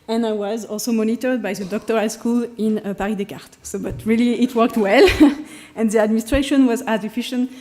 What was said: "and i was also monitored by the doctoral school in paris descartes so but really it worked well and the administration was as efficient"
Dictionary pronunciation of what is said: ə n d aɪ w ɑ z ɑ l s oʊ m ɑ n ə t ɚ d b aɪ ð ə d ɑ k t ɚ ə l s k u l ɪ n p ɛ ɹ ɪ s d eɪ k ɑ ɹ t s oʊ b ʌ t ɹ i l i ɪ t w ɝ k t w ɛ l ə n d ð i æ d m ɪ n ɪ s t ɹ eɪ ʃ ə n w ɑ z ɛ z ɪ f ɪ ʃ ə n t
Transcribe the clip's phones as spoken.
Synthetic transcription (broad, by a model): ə n aɪ w ɑ z ɑ l s oʊ m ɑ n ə t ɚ d b aɪ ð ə d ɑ k t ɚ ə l s k u l ɪ n p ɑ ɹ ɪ d eɪ k ɑ ɹ t s oʊ b ʌ t ɹ i l i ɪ t w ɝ k t w ɛ l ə n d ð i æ d m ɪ n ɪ s t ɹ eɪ ʃ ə n w ɑ z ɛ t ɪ f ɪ ʃ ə n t